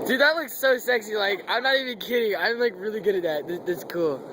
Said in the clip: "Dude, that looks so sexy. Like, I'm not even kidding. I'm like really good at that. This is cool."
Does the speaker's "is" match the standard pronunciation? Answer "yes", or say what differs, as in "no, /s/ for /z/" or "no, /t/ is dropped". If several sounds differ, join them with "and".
no, /s/ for /z/